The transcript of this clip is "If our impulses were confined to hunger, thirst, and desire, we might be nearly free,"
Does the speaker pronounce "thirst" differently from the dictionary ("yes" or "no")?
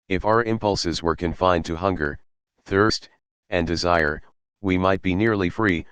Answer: no